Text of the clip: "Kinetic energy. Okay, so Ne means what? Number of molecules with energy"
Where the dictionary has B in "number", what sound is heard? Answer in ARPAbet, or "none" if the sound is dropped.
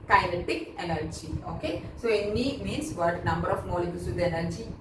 B